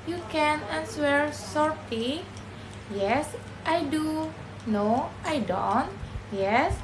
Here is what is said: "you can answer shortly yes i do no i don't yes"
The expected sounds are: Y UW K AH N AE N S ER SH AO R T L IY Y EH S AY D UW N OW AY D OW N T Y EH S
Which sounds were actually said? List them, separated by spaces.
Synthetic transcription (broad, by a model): Y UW K AH N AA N S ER S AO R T IY Y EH S AY D UW N OW AY D OW N T Y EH S